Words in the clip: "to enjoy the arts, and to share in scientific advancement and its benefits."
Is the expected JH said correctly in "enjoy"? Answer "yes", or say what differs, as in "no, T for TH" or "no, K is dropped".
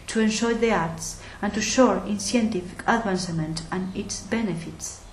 no, SH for JH